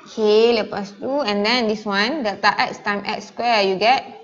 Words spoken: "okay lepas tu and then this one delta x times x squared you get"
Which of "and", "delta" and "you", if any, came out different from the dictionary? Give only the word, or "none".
delta